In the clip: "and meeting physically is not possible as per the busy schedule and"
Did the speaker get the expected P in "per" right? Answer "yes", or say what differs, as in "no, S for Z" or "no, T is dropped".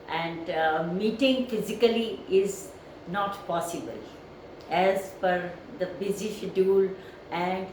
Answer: no, F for P